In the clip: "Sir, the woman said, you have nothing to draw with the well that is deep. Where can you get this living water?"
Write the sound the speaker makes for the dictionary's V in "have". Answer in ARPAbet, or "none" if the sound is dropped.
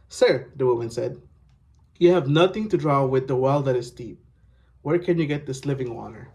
V